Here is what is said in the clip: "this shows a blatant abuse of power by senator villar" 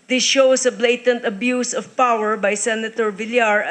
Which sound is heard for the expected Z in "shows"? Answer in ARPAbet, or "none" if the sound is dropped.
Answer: S